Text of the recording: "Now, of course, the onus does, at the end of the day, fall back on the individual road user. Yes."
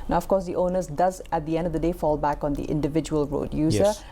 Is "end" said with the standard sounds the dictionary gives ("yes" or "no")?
yes